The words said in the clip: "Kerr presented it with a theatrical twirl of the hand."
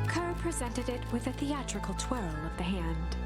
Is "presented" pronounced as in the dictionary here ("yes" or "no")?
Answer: yes